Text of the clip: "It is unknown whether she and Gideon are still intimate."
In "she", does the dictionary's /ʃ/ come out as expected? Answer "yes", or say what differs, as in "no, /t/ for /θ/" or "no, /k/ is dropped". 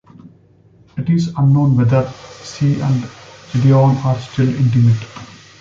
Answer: no, /s/ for /ʃ/